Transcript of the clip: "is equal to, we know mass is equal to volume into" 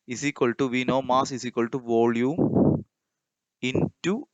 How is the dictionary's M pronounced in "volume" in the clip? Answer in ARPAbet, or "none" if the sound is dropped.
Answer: none